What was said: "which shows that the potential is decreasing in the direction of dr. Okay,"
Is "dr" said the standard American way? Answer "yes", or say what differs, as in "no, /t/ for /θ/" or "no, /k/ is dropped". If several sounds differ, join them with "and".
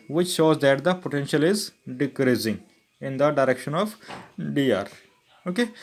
no, /k/ is dropped